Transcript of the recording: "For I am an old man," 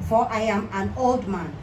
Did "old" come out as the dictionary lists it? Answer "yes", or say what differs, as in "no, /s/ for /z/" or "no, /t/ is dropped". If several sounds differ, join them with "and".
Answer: yes